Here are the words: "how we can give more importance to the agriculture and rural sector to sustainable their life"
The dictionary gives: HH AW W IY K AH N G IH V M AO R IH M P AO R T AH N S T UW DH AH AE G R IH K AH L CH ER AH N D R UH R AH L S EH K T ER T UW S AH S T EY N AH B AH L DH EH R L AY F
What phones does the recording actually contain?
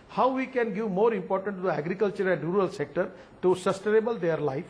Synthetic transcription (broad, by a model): HH AW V IY K AH N G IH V M AO R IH M P AO R T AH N T UW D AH AE G R IH K AH L CH ER AH N D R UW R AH L S EH K T ER T UW S AH S T EY N AH B AH L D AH R L AY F